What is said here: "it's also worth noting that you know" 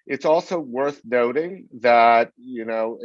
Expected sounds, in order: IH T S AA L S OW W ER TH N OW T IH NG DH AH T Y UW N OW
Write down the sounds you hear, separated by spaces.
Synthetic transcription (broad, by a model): IH T S AA L S OW W ER TH N OW T IH NG DH AH T Y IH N OW